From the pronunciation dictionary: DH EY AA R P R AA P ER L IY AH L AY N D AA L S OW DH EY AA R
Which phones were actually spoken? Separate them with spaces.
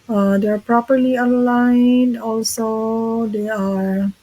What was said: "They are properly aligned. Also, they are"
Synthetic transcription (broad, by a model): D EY AA R P R AA P ER L IY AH L AY N AA L S OW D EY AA R